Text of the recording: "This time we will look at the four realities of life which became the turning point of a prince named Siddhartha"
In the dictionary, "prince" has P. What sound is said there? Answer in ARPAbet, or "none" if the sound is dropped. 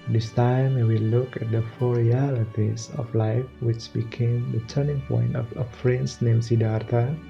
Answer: F